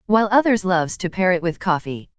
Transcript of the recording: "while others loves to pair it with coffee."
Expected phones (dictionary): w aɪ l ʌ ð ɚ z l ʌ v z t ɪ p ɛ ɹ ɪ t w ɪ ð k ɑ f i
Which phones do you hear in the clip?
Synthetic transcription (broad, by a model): w aɪ l ʌ ð ɚ z l ʌ v z t ɪ p ɛ ɹ ɪ t w ɪ ð k ɑ f i